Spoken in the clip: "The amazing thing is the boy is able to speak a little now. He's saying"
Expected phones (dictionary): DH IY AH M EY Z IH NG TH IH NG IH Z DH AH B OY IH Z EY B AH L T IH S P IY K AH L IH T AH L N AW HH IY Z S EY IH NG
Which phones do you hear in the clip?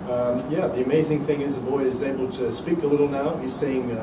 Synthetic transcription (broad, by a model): DH IY AH M EY Z IH NG TH IH NG IH Z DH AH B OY IH Z EY B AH L T IH S P IY K AH L IH T L N AW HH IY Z S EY IH NG